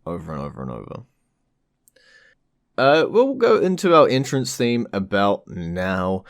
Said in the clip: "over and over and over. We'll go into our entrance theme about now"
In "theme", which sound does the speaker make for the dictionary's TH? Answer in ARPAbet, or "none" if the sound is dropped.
TH